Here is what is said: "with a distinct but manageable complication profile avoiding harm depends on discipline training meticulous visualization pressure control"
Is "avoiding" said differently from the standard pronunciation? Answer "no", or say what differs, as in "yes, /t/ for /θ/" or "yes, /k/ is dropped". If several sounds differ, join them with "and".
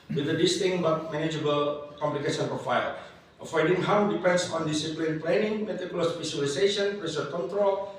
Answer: yes, /f/ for /v/